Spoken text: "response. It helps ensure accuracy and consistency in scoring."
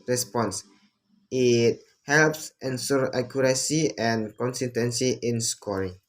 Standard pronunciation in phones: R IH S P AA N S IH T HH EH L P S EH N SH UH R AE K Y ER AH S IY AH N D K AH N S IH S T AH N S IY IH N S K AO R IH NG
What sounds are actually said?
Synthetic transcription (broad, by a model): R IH S P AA N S IH T HH EH L P S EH N S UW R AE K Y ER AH S IY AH N K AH N S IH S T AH N S IY IH N S K AO R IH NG